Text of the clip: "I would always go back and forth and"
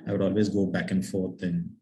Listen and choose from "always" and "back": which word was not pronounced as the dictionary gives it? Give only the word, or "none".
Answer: none